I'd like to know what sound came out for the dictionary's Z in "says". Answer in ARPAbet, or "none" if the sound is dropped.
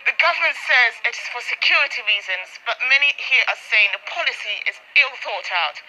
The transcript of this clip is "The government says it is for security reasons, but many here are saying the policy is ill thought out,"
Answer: Z